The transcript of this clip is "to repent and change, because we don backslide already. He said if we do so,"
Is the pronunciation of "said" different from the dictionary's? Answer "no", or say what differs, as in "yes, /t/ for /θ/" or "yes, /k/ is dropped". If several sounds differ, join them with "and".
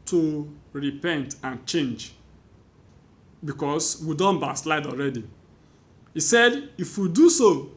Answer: no